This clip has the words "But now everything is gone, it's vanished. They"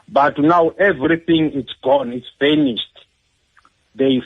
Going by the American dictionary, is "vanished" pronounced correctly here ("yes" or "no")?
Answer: no